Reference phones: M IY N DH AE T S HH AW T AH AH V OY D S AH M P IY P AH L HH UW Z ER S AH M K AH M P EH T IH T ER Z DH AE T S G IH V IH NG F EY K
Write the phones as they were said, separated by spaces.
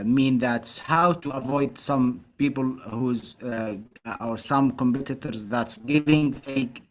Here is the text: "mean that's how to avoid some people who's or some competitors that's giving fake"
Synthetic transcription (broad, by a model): M IY N DH AE T S HH AW T AH AH V OY D S AH M P IY P AH L HH UW Z ER S AH M K AH M P EH T IH T ER Z DH AE T S G IH V IH NG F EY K